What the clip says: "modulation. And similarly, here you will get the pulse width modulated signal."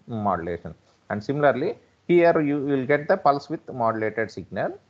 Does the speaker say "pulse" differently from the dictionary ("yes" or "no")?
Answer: no